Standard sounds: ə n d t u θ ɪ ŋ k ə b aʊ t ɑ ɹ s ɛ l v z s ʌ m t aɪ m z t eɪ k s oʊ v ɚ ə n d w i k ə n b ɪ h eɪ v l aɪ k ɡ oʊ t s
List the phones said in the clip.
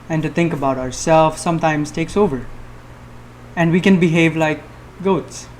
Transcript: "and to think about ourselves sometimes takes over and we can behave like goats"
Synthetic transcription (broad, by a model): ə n t u t ɪ ŋ k ə b aʊ t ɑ ɹ s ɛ l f s ʌ m t aɪ m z t eɪ k s oʊ v ɚ ə n d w i k ə n b ɪ h eɪ v l aɪ k ɡ oʊ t s